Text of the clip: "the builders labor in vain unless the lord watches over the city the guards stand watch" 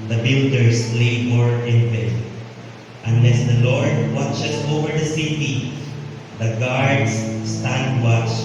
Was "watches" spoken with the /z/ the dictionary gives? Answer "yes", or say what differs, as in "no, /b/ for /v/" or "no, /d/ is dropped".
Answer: no, /s/ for /z/